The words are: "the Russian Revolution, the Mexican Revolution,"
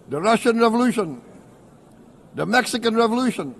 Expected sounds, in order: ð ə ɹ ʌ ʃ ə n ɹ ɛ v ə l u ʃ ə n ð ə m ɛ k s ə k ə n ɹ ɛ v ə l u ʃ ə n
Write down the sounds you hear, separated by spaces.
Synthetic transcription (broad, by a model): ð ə ɹ ʌ ʃ ə n ɹ ɛ v ə l u ʃ ə n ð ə m ɛ k s ə k ə n ɹ ɛ v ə l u ʃ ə n